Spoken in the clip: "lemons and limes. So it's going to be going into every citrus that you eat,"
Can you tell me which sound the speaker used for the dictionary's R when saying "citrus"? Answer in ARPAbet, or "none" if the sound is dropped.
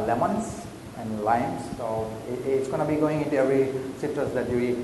none